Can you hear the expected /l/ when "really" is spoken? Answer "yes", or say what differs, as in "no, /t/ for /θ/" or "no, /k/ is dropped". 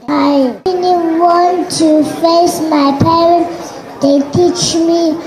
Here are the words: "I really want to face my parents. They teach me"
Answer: no, /n/ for /l/